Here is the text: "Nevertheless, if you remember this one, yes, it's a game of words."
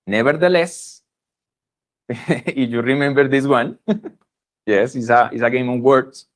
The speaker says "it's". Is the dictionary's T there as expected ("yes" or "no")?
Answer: no